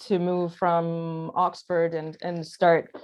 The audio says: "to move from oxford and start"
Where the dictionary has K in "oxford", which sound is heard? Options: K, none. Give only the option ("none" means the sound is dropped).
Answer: K